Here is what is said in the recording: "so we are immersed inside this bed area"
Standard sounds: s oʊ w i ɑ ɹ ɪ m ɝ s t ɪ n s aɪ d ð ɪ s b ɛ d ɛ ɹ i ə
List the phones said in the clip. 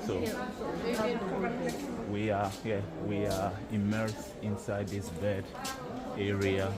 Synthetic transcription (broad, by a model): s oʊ w i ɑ w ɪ m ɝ s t ɪ n s aɪ d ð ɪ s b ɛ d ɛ ɹ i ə